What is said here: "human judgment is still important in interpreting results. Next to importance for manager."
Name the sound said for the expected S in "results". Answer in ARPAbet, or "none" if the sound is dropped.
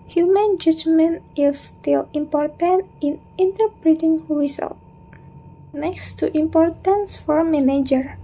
none